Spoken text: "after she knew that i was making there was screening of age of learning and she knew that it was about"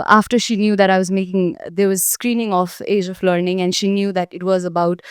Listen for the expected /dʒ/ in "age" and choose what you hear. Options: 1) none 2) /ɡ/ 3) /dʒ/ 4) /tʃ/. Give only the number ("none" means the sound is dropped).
3